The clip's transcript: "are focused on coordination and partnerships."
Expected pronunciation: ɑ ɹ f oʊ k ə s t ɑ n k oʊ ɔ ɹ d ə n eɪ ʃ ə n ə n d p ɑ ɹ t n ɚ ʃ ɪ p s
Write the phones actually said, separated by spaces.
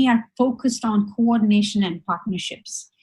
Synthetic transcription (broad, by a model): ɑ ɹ f oʊ k ə s t ɑ n k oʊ ɔ ɹ d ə n eɪ ʃ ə n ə n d p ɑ ɹ t n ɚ ʃ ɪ p s